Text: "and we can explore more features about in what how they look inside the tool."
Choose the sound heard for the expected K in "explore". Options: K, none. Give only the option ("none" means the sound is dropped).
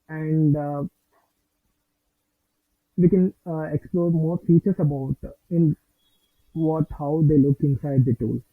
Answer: K